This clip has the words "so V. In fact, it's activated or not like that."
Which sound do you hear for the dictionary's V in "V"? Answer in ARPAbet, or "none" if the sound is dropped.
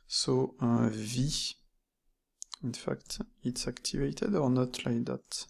V